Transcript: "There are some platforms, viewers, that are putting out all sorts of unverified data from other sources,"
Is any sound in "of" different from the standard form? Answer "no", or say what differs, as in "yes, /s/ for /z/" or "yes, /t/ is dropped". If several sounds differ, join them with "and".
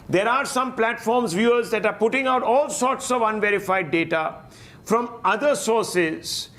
no